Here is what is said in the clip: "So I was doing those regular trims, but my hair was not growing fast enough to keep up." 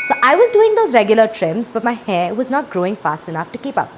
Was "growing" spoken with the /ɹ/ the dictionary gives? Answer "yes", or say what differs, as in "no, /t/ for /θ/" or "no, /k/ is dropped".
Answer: yes